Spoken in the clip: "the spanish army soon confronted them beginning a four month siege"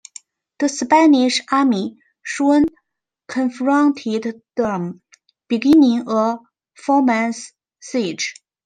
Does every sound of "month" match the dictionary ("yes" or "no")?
no